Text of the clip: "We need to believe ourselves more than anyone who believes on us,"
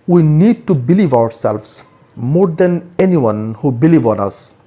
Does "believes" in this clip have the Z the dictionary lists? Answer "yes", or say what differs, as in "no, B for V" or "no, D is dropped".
no, Z is dropped